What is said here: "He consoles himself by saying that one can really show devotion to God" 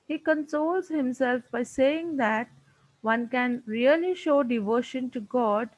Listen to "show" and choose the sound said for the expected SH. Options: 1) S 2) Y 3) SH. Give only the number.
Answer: 3